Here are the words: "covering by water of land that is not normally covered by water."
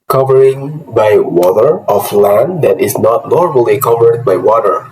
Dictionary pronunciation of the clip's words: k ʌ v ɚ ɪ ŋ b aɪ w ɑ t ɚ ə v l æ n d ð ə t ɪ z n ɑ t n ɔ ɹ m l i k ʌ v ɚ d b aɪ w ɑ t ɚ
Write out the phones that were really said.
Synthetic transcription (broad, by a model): k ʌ v ɚ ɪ ŋ b aɪ w ɑ t ɚ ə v l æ n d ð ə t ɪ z n ɑ t n ɔ ɹ m l i k ʌ v ɚ d b aɪ w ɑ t ɚ